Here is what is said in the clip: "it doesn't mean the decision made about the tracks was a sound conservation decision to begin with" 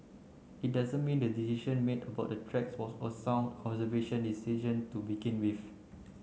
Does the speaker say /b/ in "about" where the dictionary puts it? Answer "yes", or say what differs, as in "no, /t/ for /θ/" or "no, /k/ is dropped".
yes